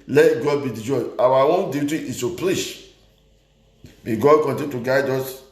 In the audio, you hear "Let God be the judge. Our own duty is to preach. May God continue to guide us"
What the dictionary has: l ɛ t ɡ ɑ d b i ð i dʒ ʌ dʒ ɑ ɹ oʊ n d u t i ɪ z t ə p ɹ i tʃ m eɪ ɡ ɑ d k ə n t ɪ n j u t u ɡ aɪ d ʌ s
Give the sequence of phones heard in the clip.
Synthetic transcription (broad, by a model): l ɛ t ɡ ɑ d b i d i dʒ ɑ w ɑ w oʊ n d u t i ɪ s t ə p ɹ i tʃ m eɪ ɡ ɑ d k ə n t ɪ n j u t u ɡ aɪ d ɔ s